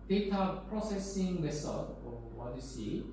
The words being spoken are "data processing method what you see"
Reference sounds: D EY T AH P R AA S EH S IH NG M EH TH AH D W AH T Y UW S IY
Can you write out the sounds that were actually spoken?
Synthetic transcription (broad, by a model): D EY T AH P R AA S EH S IH NG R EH S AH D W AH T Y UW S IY